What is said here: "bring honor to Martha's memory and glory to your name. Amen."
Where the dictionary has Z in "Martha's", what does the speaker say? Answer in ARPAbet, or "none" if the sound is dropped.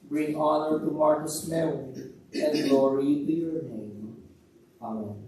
S